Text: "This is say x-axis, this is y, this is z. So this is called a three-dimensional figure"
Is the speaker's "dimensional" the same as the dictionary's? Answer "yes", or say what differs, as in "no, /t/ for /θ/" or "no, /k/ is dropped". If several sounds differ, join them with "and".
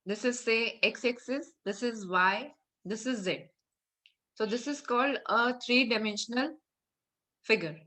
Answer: yes